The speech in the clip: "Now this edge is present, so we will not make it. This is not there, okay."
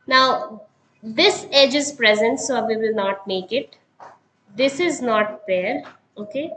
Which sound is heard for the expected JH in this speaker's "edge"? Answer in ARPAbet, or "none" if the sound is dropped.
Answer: JH